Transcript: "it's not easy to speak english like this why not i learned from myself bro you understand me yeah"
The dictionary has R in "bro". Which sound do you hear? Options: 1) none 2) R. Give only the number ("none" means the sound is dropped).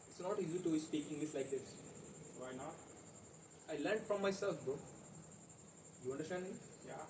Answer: 1